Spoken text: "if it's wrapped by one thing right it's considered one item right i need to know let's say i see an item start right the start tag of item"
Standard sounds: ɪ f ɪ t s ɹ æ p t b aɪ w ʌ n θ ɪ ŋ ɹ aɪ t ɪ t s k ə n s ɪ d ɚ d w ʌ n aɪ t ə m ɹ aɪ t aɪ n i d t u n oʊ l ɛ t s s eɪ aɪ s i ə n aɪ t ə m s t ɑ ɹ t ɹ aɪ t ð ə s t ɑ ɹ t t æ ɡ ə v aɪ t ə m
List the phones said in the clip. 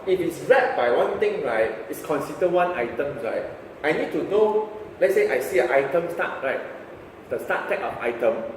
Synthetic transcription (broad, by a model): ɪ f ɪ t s ɹ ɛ t b aɪ w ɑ n t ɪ ŋ ɹ aɪ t ɪ t s k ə n s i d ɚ w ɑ n aɪ t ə m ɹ aɪ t aɪ n i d t u n oʊ l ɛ t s s eɪ aɪ s i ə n aɪ t ə m s t ɑ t ɹ aɪ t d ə s t ɑ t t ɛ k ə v aɪ t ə m